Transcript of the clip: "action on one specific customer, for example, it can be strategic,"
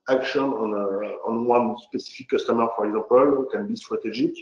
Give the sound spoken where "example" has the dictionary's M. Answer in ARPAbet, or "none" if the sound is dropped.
none